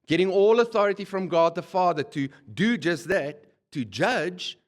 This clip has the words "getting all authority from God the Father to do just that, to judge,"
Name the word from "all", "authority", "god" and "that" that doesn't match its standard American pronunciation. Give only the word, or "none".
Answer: none